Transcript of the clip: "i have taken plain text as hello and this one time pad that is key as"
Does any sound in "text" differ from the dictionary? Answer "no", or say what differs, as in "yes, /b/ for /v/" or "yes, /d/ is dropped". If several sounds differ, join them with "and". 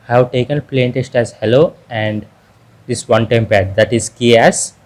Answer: yes, /k/ is dropped